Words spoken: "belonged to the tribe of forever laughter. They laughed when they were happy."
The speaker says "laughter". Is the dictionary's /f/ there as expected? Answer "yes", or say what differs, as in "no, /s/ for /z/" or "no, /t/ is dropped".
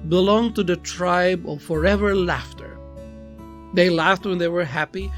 yes